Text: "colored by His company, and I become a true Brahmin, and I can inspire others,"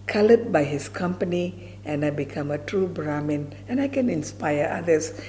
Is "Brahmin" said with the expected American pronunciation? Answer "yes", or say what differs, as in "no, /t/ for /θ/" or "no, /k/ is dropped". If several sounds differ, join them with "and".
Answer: yes